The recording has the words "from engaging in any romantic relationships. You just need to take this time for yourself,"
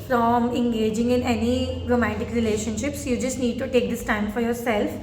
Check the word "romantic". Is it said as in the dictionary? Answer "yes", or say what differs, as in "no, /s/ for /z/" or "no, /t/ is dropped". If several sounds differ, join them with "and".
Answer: no, /n/ is dropped